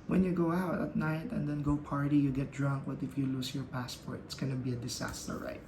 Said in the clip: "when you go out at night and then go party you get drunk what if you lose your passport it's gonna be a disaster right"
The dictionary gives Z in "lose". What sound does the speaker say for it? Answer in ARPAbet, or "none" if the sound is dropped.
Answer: S